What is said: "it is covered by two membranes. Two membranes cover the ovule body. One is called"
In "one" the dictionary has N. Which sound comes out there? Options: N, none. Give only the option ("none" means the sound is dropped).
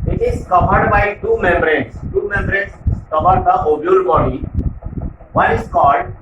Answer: none